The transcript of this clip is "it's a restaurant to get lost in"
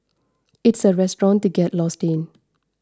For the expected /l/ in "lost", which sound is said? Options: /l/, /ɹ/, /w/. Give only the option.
/l/